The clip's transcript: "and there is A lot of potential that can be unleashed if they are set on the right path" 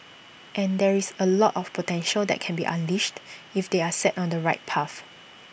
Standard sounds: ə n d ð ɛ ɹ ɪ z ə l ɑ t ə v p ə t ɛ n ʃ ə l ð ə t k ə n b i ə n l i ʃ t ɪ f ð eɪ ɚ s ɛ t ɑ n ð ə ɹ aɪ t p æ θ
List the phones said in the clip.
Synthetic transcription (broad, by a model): ə n d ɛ ɹ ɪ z ə l ɑ t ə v p ə t ɛ n ʃ ə l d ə t k ə n b i ə n l i ʃ t ɪ f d eɪ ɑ s ɛ t ɑ n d ə ɹ aɪ t p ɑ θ